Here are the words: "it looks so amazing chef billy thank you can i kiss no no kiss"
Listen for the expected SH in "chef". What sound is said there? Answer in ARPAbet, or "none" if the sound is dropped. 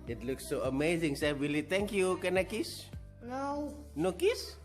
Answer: S